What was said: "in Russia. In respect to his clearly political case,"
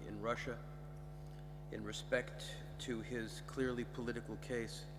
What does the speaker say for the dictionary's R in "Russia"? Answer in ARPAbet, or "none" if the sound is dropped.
R